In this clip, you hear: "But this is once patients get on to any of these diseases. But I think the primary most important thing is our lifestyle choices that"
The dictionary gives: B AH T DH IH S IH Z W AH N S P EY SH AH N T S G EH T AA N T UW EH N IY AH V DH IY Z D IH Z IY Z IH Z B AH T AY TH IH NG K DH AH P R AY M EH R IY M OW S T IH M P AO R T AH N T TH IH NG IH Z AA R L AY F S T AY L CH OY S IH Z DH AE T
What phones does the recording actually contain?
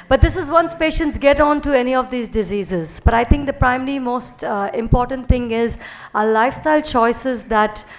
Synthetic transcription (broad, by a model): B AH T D IH S IH Z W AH N S P EY SH AH N T S G EH T AA N T UW EH N IY AH V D IY Z D IH Z IY Z IH Z B AH T AY T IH NG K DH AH P R AY M EH R IY M OW S T IH M P AO R T AH N T T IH NG IH Z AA L AY F S T AY L CH OY S IH Z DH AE T